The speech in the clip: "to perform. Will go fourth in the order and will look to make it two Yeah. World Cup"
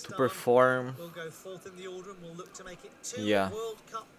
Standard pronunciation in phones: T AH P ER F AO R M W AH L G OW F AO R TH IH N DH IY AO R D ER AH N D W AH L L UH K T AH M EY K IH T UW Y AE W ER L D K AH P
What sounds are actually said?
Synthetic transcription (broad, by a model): T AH P ER F AO R M W AH L G OW F AO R TH IH N DH IY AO L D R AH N W AH L L UH K T AH M EY K IH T Y AE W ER L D K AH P